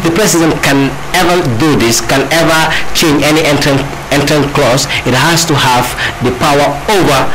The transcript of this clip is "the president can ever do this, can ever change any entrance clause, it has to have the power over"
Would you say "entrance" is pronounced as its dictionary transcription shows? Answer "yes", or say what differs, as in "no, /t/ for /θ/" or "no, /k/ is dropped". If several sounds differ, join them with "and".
no, /s/ is dropped